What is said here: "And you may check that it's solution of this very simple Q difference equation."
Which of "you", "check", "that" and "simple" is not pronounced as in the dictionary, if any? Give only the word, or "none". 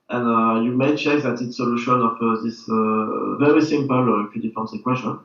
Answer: none